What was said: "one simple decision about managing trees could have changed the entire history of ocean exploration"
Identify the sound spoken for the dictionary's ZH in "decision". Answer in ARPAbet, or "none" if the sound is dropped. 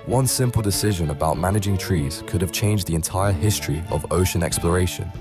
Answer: ZH